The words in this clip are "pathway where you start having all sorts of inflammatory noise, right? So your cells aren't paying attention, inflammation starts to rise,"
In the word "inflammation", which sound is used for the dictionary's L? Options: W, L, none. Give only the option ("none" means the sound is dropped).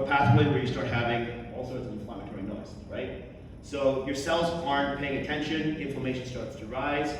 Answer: none